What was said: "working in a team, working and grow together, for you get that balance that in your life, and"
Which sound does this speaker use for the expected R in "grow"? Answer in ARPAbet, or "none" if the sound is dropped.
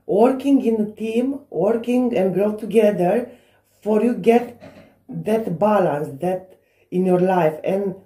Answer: R